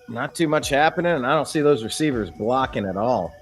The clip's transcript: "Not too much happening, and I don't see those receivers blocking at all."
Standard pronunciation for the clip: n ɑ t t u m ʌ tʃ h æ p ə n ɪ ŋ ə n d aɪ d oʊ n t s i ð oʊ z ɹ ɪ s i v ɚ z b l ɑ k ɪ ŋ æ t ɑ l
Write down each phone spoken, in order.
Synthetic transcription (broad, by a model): n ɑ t t u m ʌ tʃ h æ p ə n ɪ ŋ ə n aɪ d oʊ n t s i ð oʊ z ɹ ɪ s i v ɚ z b l ɑ k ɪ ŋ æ t ɑ l